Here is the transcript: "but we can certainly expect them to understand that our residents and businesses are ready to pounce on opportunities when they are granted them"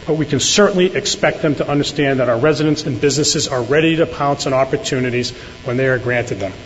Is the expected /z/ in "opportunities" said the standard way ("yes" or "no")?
yes